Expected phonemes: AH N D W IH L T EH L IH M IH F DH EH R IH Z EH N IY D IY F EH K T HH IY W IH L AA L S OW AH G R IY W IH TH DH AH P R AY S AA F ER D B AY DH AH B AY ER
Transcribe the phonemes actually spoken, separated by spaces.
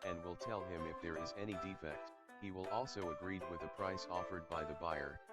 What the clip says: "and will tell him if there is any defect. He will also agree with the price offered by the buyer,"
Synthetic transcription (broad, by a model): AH N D W IH L T EH L IH M IH F DH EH R IH Z EH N IY D IY F EH K T HH IY W IH L AA L S OW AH G R IY W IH DH AH P R AY S AA F ER D B AY DH AH B AY ER